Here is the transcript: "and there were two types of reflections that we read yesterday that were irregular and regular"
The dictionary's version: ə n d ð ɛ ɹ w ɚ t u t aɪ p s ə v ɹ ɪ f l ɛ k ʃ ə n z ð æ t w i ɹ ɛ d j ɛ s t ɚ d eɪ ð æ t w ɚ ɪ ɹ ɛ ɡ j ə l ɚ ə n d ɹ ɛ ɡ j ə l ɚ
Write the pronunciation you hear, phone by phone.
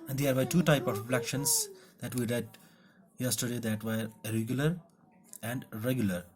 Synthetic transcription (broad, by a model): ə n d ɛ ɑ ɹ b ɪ t u t aɪ p ə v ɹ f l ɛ k ʃ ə n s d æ t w i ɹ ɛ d j ɛ s t ɚ d eɪ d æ t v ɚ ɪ ɹ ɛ ɡ j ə l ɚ ə n d ɹ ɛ ɡ j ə l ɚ